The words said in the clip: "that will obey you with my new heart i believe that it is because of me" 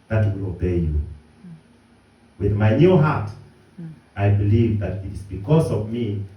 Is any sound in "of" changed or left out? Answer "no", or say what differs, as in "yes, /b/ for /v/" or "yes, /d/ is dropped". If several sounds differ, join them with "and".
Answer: no